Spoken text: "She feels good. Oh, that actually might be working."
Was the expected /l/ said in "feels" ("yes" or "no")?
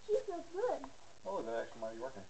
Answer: no